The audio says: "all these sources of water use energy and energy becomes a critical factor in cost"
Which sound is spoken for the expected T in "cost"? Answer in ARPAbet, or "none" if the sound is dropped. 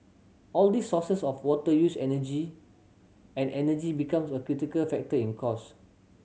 none